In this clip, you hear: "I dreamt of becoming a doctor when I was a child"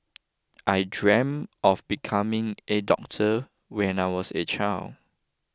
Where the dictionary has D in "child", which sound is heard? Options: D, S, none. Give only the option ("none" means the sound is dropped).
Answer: none